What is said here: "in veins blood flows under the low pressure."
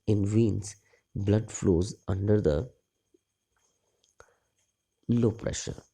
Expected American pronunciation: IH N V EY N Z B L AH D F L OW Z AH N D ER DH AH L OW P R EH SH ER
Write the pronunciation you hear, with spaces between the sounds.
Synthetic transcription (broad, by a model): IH N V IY N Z B L AH D F L OW Z AH N D ER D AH L OW P R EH SH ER